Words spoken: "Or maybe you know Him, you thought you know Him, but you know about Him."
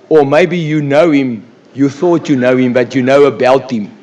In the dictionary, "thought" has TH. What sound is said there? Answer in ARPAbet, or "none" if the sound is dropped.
TH